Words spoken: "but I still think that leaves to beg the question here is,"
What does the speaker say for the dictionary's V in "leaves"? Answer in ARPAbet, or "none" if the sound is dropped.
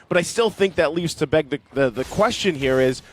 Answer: V